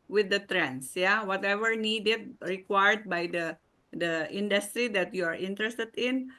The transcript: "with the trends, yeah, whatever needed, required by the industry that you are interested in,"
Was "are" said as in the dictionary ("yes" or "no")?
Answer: yes